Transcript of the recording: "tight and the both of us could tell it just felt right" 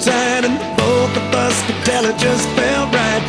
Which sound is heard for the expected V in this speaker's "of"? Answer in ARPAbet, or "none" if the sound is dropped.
B